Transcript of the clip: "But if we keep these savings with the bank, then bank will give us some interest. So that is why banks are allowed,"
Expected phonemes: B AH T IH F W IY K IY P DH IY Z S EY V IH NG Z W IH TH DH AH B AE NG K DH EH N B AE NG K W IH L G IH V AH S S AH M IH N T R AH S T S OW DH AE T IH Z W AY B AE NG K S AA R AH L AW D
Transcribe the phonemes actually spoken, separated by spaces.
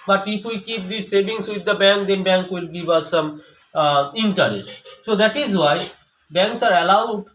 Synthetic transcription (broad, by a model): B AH T IH F W IY K IY P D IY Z S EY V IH NG S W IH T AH B AE NG K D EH N B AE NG K W IH L G IH V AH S S AH M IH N T AH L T S OW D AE T IH Z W AY B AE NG K S AA R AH L AW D